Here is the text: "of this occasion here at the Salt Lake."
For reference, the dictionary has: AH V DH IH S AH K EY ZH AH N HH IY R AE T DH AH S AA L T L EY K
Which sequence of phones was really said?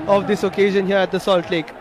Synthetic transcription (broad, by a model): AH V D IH S AH K EY ZH AH N HH IY R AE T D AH S AA L T L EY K